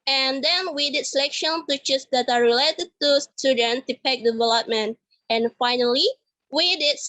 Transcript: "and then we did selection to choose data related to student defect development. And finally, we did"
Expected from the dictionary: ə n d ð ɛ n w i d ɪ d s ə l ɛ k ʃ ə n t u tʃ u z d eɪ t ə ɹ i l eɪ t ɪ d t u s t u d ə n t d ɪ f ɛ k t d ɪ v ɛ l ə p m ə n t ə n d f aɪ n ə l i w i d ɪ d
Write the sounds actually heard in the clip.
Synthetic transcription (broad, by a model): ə n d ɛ n w i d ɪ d s ə l ɛ k ʃ ə n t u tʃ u s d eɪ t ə ɹ i l eɪ t ɪ d t u s t u d ə n t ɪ p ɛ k d ɪ v ɛ l ə p m ə n t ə n f aɪ n ə l i w i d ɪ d